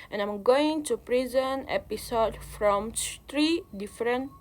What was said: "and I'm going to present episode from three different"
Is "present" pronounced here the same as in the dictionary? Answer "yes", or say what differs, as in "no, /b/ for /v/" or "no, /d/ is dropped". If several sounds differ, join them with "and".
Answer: no, /t/ is dropped